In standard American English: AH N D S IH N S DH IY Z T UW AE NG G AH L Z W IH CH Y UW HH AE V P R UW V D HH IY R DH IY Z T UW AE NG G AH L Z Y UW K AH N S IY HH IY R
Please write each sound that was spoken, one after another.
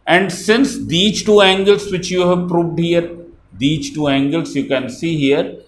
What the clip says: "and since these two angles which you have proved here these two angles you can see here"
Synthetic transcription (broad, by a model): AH N D S IH N S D IY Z T UW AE NG G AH L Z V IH CH Y UW HH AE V P R UW V D HH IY R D IY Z T UW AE NG G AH L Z Y UW K AH N S IY HH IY R